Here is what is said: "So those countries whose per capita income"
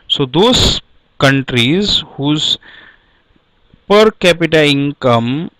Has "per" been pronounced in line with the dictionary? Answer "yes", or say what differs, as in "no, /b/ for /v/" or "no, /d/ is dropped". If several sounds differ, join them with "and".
yes